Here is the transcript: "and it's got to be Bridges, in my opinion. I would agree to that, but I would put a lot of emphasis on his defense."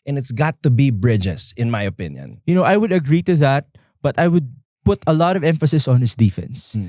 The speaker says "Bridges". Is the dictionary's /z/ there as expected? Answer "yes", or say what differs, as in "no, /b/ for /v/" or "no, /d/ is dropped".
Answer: no, /s/ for /z/